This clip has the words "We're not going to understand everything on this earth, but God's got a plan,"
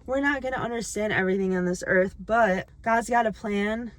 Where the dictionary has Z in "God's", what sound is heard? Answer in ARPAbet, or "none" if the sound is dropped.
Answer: Z